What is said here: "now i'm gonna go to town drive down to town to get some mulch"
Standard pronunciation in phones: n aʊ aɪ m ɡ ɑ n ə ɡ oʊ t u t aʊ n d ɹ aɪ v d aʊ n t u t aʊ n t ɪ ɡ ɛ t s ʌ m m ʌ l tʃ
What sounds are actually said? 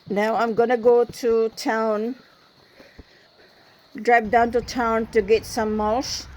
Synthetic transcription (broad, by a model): n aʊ aɪ m ɡ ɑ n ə ɡ oʊ t u t aʊ n d ɹ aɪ p d aʊ n t u t aʊ n t ɪ ɡ ɛ t s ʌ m m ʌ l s